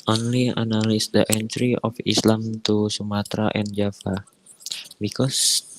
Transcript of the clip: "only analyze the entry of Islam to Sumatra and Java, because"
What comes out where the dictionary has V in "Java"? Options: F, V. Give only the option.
F